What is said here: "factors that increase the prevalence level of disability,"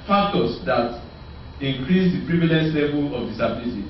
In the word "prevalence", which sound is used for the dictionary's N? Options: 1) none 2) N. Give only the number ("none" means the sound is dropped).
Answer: 1